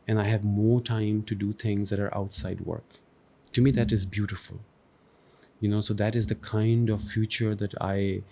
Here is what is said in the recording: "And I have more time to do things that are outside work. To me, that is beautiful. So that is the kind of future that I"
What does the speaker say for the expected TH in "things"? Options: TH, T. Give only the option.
T